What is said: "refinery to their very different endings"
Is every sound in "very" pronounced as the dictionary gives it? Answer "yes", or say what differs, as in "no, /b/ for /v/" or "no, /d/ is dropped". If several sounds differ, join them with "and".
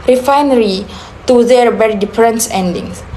no, /b/ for /v/